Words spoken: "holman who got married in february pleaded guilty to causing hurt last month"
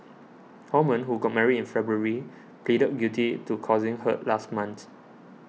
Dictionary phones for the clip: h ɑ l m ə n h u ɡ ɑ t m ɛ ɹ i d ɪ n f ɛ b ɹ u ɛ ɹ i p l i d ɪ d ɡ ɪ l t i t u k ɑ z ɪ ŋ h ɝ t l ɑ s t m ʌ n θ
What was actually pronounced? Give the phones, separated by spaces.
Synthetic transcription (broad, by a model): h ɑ m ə n h u ɡ ɑ t m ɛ ɹ i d ɪ n f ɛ b ɹ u ɹ i p l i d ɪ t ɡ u t i t u k ɑ z ɪ ŋ h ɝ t l ɑ s t m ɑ n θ